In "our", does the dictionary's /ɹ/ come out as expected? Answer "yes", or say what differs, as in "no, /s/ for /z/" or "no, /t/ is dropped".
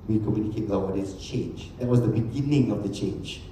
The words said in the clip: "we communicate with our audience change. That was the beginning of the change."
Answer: no, /w/ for /ɹ/